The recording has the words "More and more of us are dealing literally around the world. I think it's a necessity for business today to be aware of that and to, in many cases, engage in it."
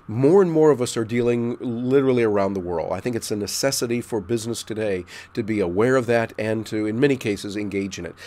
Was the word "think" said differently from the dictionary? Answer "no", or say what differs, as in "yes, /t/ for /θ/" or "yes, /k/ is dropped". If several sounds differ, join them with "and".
no